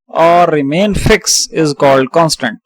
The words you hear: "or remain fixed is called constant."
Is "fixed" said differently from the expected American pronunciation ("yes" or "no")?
yes